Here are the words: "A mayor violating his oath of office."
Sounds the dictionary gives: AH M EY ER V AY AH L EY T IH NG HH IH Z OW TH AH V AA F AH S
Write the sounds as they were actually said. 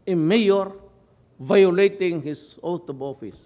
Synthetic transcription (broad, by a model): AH M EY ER V AY AH L EY T IH NG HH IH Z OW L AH B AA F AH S